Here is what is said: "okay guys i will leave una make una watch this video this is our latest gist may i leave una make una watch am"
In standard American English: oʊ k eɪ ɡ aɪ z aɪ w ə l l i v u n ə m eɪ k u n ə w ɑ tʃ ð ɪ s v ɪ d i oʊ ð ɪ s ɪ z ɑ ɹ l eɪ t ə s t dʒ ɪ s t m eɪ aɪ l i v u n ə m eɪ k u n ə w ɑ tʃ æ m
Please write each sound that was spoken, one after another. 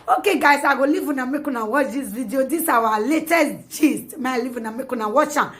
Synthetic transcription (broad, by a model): oʊ k eɪ ɡ aɪ s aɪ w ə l l i v u n ə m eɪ k u n ə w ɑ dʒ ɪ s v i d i oʊ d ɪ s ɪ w ɑ l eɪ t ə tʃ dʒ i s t m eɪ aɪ l i v u n ə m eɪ k u n ə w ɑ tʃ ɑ